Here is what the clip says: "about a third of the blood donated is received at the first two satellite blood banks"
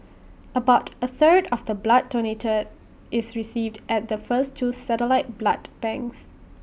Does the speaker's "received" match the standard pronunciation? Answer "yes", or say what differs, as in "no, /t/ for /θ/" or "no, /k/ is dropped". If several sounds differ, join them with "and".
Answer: yes